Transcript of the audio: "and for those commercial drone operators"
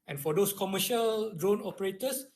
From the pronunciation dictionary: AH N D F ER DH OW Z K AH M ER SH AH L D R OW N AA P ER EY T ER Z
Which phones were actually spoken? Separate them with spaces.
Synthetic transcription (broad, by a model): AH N F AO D OW S K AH M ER SH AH L D R OW N AA P ER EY T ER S